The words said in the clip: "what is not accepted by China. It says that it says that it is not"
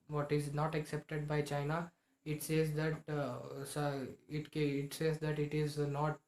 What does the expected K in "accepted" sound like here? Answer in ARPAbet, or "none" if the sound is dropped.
K